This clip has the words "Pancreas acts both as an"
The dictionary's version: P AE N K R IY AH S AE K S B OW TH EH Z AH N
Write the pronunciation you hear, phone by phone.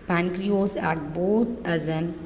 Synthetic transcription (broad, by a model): P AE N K R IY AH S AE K B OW T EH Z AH N